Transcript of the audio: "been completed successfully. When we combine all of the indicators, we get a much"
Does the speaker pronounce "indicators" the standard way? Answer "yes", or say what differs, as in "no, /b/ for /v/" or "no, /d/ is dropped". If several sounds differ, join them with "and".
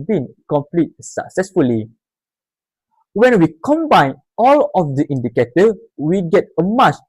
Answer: no, /z/ is dropped